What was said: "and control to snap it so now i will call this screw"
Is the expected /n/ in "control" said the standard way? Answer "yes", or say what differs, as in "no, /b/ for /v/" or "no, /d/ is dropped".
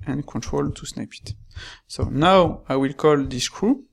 yes